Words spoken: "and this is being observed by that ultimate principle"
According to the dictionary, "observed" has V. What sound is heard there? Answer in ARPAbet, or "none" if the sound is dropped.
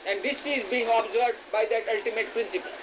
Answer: none